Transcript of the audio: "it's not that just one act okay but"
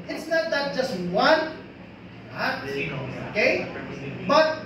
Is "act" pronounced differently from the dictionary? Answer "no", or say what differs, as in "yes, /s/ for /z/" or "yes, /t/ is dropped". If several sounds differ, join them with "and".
yes, /k/ is dropped